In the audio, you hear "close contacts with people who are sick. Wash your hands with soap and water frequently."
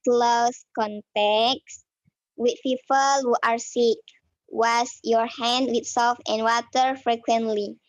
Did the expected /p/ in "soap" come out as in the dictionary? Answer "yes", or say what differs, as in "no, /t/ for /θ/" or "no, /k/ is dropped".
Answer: no, /f/ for /p/